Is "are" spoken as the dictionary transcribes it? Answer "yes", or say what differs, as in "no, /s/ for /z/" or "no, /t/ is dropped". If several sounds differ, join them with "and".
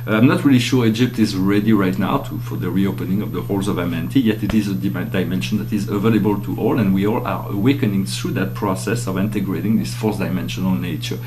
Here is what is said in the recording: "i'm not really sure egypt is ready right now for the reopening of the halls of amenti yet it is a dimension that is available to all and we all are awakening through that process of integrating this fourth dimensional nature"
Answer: yes